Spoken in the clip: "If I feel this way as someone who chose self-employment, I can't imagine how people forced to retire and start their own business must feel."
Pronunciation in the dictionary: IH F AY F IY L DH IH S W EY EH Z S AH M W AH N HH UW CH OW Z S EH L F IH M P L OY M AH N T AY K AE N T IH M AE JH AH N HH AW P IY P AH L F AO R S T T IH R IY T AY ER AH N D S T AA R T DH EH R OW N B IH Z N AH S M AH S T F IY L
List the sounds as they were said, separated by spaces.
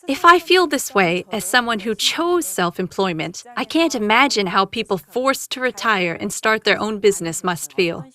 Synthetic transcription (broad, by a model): IH F AY F IY L DH IH S W EY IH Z S AH M W AH N HH UW CH OW Z S EH L F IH M P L OY M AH N T AY K AE N T IH M AE JH AH N HH AW P IY P L F AO R S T T IH R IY T AY ER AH N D S T AA R T DH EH R OW N B IH Z N AH S M AH S T F IY L